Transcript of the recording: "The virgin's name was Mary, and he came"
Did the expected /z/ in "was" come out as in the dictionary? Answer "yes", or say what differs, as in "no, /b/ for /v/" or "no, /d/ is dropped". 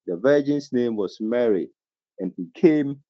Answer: no, /s/ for /z/